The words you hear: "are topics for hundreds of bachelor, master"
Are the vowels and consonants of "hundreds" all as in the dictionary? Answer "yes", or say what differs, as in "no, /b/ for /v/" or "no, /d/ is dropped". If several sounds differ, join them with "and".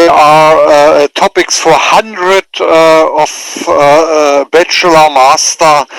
no, /z/ is dropped